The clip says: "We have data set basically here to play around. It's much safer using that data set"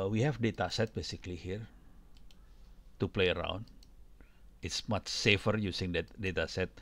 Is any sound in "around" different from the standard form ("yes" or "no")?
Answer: no